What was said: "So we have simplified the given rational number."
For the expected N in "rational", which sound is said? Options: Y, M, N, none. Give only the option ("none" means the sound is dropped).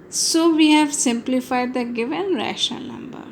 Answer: none